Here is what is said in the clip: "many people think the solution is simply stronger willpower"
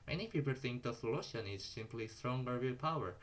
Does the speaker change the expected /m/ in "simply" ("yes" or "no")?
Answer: no